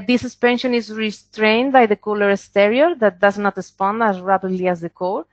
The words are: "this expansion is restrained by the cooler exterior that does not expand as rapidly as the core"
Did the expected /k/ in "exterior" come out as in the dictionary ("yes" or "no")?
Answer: no